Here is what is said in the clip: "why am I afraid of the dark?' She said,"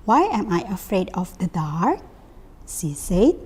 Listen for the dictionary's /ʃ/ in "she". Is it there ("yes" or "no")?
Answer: no